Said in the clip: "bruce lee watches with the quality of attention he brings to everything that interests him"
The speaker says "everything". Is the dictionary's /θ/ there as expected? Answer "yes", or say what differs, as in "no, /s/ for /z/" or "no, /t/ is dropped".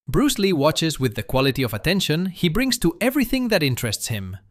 yes